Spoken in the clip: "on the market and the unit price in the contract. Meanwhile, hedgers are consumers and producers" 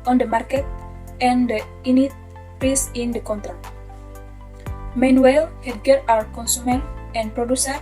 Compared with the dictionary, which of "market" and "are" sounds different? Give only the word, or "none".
are